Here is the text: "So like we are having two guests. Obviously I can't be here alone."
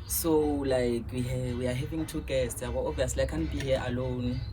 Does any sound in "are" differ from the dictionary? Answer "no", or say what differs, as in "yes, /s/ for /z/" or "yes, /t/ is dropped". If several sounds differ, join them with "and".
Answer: yes, /w/ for /ɹ/